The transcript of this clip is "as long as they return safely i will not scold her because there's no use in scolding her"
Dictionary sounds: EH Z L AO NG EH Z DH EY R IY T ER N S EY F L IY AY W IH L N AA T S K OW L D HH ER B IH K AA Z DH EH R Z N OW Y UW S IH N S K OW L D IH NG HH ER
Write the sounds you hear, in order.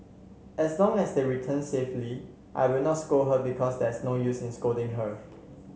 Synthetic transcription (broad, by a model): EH S L AO NG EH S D EY R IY T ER N S EY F L IY AY W IH L N AA T S K OW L HH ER B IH K AA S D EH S N OW Y UW S IH N S K OW D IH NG HH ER